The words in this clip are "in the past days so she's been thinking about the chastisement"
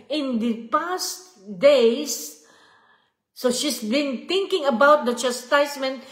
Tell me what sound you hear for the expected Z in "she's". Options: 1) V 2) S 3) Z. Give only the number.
2